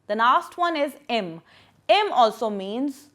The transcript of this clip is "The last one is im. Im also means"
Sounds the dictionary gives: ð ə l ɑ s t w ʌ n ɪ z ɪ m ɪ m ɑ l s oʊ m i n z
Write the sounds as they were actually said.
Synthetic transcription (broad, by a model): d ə n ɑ s t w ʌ n ɪ z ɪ m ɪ m ɑ l s oʊ m i n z